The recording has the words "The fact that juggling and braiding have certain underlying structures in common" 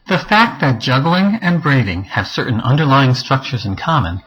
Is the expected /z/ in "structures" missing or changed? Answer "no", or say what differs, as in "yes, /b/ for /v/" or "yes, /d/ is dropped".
no